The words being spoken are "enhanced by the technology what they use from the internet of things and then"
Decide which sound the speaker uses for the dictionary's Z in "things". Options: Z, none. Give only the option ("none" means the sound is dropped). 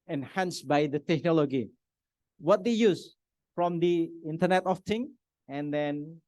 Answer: none